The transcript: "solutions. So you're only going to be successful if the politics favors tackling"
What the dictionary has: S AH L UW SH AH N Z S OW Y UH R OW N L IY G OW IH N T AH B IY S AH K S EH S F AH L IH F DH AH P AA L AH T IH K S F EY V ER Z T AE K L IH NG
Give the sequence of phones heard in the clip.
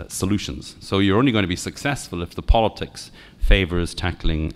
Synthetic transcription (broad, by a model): S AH L UW SH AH N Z S OW Y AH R OW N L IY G OW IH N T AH B IY S AH K S EH S F AH L IH F DH AH P AA L AH T IH K S F EY V ER Z T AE K L IH NG